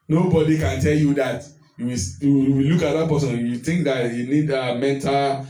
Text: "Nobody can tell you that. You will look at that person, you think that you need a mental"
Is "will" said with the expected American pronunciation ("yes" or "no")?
no